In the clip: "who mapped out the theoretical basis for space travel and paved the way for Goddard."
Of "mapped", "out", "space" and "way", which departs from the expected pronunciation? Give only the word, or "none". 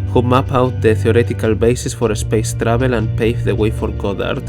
mapped